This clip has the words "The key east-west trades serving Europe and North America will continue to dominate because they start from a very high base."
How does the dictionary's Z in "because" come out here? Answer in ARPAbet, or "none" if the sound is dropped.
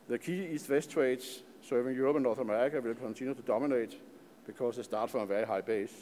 S